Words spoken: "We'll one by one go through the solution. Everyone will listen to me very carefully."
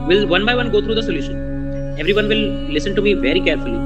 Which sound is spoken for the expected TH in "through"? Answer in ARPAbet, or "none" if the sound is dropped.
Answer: T